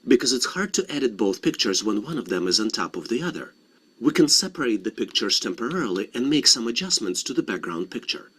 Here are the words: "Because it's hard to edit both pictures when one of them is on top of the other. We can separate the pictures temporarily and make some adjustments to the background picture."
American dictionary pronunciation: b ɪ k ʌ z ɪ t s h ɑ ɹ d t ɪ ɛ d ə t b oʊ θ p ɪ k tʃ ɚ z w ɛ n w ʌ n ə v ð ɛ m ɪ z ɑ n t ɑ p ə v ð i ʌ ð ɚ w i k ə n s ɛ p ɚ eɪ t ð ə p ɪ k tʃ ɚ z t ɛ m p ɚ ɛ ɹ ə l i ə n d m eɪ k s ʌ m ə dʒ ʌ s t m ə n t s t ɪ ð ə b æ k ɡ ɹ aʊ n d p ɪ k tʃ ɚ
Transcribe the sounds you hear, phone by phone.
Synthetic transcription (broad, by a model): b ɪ k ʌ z ɪ t s h ɑ ɹ d t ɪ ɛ d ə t b oʊ θ p ɪ k tʃ ɚ z w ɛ n w ʌ n ə v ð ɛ m ɪ z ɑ n t ɑ p ə v ð i ʌ ð ɚ w i k ə n s ɛ p ɚ eɪ t ð ə p ɪ k tʃ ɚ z t ɛ m p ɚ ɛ ɹ l i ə n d m eɪ k s ʌ m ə dʒ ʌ s m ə n t s t ɪ ð ə b æ k ɡ ɹ aʊ n d p ɪ k tʃ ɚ